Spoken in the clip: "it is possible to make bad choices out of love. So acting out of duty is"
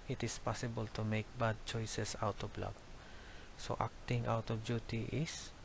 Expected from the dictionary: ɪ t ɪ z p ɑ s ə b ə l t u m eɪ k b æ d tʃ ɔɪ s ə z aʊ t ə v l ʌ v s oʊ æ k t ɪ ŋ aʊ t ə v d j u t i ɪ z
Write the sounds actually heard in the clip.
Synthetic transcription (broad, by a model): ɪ t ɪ s p ɑ s ə b ə l t u m eɪ k b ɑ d tʃ ɔɪ s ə s aʊ t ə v l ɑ b s oʊ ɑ k t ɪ ŋ aʊ t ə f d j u t i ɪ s